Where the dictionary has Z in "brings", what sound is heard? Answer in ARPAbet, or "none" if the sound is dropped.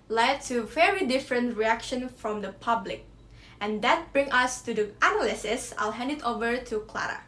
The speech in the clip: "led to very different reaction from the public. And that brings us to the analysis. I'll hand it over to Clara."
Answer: none